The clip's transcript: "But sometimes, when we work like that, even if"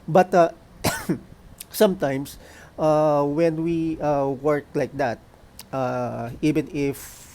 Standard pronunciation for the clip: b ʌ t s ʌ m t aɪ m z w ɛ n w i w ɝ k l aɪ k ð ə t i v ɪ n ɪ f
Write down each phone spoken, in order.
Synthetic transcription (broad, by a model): b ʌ t s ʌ m t aɪ m s w ɛ n w i w ɝ k l aɪ k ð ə t i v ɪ n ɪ f